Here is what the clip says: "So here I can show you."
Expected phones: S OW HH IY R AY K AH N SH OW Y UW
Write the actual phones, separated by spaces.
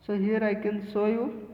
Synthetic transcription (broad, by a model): S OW HH IY R AY K AH N S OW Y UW